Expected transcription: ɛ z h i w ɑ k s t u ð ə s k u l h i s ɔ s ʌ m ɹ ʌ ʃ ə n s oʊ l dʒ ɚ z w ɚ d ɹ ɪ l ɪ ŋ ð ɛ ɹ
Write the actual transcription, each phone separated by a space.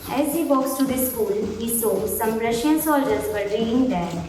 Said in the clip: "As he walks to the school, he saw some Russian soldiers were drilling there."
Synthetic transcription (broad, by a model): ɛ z h i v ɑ k s t u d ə s k u l h i s ɔ s ʌ m ɹ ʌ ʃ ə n s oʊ l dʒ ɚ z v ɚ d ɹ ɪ ɪ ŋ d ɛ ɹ